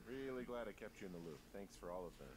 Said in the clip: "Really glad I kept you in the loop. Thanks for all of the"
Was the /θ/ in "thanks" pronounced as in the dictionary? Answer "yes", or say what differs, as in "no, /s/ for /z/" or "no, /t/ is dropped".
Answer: yes